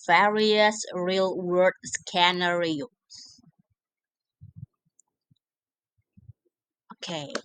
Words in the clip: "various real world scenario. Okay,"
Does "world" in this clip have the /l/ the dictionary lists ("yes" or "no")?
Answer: no